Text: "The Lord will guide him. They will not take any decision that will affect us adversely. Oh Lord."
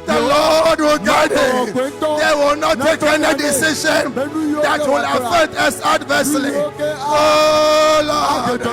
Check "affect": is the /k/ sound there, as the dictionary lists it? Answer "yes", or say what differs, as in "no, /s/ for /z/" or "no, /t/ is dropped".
no, /k/ is dropped